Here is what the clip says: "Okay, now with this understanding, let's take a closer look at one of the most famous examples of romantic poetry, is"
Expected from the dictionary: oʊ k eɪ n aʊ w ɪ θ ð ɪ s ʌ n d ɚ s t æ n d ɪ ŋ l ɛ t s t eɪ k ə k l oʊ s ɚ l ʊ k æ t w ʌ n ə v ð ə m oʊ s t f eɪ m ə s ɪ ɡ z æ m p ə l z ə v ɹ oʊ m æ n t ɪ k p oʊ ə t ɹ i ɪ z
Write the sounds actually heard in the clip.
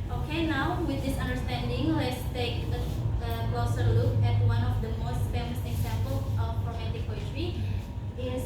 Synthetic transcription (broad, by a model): oʊ k eɪ n aʊ w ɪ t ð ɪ s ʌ n d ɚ s t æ n d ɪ ŋ l ɛ t s t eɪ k ə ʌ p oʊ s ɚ l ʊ k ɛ t w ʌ n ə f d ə m oʊ s t f eɪ m ə s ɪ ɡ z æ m p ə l ə f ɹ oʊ m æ t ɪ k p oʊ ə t ɹ i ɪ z